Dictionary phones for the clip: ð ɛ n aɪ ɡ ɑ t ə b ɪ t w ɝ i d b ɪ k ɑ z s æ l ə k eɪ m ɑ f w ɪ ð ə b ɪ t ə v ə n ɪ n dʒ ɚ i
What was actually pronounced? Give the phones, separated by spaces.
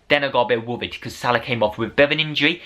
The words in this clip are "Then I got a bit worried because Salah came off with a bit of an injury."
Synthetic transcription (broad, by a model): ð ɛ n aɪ ɡ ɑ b ə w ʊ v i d k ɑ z s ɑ l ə k eɪ m ɑ f w ɪ ð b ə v ə n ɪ n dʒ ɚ i